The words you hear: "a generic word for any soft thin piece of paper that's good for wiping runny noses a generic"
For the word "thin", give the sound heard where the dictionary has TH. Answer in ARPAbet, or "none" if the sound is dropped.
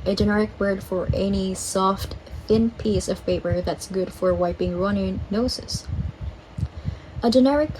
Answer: TH